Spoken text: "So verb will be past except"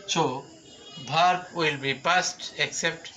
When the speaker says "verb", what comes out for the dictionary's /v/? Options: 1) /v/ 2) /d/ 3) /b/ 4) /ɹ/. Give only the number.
3